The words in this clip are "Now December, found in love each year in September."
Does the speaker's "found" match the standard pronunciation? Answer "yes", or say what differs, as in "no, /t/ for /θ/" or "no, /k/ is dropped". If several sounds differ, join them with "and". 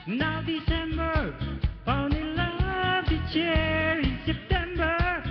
no, /d/ is dropped